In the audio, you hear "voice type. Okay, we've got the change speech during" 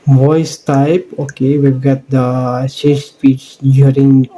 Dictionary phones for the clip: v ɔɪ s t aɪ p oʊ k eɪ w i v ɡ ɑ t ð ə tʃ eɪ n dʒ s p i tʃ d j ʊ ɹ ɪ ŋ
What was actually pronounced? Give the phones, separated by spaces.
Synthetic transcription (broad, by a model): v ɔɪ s t aɪ p oʊ k eɪ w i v ɡ ɑ t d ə s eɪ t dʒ s p i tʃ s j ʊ ɹ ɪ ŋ